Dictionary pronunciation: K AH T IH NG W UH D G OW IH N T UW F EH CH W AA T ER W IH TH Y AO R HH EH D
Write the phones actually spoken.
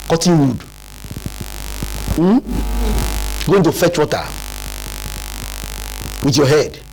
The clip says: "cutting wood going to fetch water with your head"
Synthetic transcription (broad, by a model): K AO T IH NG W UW D G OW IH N T UW F EH CH W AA T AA W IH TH Y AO HH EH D